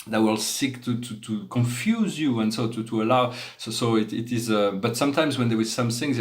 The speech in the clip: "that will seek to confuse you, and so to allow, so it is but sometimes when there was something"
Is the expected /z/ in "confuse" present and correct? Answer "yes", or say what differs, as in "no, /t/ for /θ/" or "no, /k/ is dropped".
yes